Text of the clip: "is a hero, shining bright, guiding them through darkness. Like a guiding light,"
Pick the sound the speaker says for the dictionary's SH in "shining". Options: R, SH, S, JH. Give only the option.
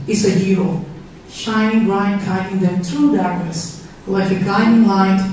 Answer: SH